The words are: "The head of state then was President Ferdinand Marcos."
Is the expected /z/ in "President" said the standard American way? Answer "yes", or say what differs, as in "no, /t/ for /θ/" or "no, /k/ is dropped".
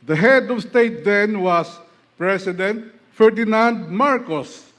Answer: no, /s/ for /z/